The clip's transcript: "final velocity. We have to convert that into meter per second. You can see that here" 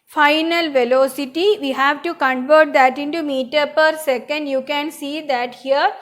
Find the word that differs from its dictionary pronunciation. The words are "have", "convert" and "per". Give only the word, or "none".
none